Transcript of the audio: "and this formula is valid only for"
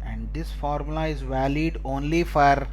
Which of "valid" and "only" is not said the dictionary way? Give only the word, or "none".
none